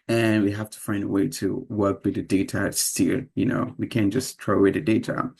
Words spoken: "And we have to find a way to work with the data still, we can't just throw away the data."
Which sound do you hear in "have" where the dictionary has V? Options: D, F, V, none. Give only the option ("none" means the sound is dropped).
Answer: F